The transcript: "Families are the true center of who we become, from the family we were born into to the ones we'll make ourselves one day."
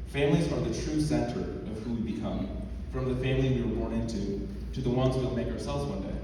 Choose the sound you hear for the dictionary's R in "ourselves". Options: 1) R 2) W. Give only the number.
1